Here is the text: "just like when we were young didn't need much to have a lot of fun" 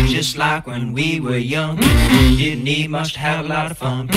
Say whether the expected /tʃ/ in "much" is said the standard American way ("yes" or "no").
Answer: no